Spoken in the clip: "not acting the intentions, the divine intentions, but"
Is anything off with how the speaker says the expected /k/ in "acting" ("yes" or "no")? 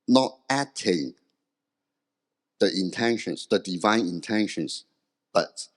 yes